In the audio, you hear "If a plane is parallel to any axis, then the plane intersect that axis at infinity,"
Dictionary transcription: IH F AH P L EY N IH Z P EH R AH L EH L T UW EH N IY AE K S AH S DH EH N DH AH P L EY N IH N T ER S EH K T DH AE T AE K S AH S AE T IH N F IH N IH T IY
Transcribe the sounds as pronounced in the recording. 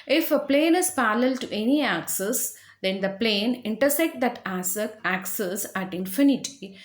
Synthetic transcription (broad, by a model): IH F AH P L EY N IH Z P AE L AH L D T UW EH N IY AE K S AH S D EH N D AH P L EY N IH N T ER S EH K T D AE T AE K S AH S AE T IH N F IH N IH T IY